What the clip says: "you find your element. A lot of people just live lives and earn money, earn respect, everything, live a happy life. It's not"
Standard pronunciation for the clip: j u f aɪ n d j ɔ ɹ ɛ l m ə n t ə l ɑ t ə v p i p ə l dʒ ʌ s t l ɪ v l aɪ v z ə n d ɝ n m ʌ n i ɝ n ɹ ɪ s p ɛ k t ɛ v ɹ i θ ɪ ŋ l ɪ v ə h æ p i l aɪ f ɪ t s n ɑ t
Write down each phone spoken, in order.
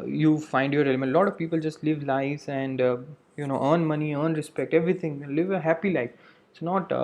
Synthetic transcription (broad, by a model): j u f aɪ n d j ɔ ɹ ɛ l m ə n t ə l ɑ t ə v p i p ə l dʒ ʌ s t l ɪ v l aɪ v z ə n d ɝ n m ʌ n i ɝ n ɹ ɪ s p ɛ k t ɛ v ɹ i t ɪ ŋ l ɪ v ə h æ p i l aɪ f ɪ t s n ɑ t